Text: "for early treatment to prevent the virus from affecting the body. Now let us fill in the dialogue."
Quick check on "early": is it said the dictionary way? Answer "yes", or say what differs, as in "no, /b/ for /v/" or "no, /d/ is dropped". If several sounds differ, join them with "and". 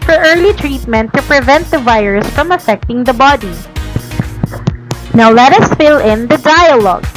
yes